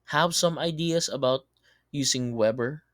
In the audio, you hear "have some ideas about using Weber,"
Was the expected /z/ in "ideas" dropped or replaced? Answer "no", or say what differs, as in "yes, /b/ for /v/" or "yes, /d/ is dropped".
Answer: yes, /s/ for /z/